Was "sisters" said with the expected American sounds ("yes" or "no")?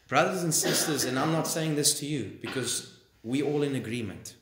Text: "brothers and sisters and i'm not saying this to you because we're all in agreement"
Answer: yes